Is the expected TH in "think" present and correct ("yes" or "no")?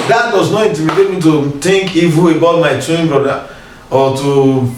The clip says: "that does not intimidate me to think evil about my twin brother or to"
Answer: no